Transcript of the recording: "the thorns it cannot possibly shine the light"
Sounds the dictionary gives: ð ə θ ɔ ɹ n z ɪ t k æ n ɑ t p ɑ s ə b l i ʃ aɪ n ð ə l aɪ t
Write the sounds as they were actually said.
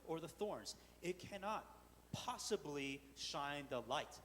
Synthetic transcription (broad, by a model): ð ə θ ɔ ɹ n z ɪ t k æ n ɑ t p ɑ s ə b l i ʃ aɪ n ð ə l aɪ t